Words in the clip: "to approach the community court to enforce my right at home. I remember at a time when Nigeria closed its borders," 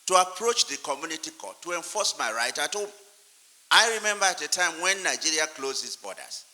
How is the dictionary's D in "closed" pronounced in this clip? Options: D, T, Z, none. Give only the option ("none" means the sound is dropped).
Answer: none